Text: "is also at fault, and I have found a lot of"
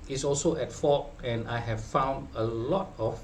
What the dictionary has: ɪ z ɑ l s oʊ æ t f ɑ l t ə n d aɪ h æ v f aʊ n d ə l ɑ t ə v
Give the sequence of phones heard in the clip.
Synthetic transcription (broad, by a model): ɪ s ɑ l s oʊ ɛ t f ɑ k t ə n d aɪ h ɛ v f aʊ n d ə l ɑ t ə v